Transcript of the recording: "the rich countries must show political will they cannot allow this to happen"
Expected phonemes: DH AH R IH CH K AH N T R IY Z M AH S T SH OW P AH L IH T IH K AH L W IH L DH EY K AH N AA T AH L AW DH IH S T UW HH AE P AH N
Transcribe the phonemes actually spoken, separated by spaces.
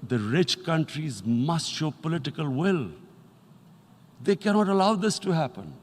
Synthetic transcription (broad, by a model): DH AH R IH CH K AH N T R IY Z M AH S T SH OW P AH L IH T IH K AH L W IH L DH EY K AH N AA T AH L AW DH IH S T UW HH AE P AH N